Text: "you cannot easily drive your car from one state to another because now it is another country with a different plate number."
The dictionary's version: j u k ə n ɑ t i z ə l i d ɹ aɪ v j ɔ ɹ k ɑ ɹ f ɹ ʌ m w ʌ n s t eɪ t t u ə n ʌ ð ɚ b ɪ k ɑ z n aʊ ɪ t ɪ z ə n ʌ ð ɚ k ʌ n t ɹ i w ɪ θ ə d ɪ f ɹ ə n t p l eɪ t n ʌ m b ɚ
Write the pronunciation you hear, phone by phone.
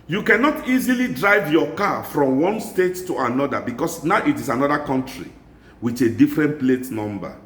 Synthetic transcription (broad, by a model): j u k ə n ɑ t i z ə l i d ɹ aɪ v j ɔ k ɑ f ɹ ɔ m w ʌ n s t eɪ t t u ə n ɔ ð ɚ b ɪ k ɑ s n aʊ ɪ t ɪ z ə n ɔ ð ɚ k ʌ n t ɹ i w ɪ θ ə d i f ɹ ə n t p l eɪ t n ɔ m b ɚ